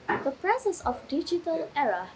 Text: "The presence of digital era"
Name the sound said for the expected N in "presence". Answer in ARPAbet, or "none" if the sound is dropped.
none